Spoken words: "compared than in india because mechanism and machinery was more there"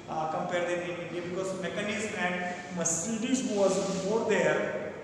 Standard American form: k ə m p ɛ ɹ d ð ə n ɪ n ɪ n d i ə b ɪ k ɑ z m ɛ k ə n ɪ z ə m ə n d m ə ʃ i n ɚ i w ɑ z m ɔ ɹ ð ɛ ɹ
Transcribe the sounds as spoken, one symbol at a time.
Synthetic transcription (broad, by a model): k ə m p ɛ ɹ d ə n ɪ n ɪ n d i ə b ɪ k ɑ z m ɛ k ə n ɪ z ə m ə n d m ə s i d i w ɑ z m ɔ ɹ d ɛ ɹ